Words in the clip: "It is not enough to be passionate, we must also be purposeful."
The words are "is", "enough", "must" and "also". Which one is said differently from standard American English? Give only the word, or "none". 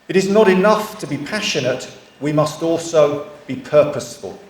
none